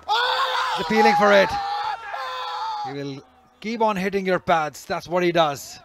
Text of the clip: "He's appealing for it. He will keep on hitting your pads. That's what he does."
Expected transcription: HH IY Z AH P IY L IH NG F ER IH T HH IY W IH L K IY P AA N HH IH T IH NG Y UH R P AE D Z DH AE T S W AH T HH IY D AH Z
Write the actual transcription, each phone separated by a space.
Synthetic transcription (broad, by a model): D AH F IY L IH NG F ER IH T HH IY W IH L K IY P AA N HH IH T IH NG Y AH R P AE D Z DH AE T S W AH T HH IY D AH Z